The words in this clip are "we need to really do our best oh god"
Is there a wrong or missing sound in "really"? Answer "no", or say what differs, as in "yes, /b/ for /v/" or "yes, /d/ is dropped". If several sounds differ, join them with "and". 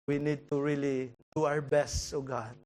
no